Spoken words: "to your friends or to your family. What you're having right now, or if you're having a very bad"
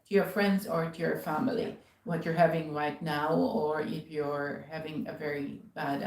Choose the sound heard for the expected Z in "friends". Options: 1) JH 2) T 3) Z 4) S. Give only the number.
3